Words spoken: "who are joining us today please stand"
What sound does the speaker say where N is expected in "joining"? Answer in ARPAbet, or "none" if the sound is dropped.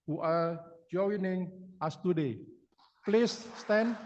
N